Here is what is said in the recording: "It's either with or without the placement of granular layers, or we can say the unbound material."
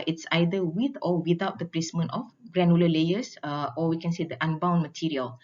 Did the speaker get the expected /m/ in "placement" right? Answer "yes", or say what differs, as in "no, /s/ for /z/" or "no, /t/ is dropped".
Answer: yes